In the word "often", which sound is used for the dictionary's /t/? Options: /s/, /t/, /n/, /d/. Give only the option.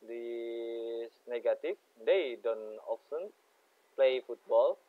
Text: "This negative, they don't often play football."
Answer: /s/